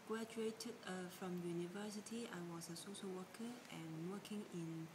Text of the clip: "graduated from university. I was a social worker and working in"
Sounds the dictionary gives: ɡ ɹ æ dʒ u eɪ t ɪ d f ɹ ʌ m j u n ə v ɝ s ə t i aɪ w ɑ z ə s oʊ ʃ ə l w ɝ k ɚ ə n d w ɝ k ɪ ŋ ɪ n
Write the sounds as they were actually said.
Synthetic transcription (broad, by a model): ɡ ɹ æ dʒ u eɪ t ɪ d f ɹ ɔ m j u n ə v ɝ s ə t i aɪ w ɑ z ə s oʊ s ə w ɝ k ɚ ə n w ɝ k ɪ ŋ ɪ n